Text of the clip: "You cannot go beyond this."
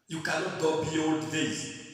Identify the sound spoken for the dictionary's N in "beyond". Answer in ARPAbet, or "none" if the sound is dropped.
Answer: none